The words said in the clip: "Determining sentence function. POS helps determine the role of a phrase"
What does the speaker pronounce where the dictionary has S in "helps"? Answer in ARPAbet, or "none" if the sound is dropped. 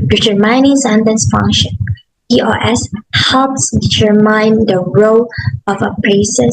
S